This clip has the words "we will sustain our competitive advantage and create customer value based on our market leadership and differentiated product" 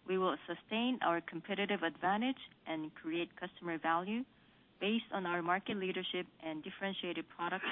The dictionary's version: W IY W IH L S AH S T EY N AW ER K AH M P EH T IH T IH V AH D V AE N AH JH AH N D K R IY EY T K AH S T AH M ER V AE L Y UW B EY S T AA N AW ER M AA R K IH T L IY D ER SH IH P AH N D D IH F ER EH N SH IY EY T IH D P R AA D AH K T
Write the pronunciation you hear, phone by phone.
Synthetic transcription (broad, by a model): W IY W IH L S AH S T EY N AW ER K AH M P EH T IH T IH V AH D V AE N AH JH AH N K R IY EY T K AH S T AH M ER V AE L Y UW B EY S T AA N AW ER M AA R K IH T L IY D ER SH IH P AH N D D IH F ER EH N SH IY EY T IH D P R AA D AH K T